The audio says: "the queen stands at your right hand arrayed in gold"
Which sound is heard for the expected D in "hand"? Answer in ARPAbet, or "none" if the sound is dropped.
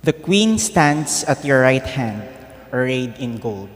D